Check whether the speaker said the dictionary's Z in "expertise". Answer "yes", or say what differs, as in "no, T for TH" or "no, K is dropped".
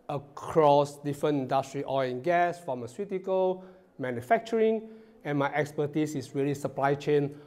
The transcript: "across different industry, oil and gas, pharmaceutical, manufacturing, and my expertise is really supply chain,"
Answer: no, S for Z